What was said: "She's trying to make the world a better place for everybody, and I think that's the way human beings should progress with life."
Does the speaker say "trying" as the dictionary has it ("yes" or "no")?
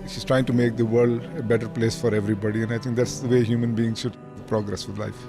yes